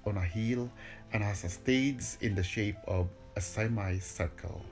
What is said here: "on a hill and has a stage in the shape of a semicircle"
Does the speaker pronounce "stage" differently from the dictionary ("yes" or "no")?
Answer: yes